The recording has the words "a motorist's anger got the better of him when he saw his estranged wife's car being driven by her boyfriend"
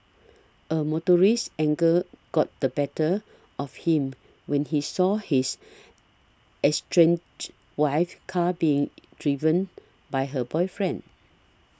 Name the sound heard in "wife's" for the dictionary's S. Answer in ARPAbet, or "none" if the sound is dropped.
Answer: none